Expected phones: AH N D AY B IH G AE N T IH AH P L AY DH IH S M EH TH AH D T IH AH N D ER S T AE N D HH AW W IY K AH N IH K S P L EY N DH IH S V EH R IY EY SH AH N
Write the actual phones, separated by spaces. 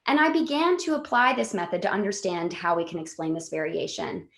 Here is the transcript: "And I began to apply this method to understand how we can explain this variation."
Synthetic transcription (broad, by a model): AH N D AY B IH G AE N T IH AH P L AY DH IH S M EH TH AH D T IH AH N D ER S T AE N D HH AW W IY K AH N IH K S P L EY N DH IH S V EH R IY EY SH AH N